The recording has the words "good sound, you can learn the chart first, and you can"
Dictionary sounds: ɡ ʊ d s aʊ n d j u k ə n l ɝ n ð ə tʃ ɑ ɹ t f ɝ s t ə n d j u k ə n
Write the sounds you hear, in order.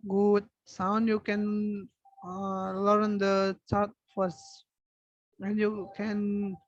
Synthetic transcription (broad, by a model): ɡ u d s aʊ n d j u k ə n l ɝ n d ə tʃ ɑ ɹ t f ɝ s ə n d j u k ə n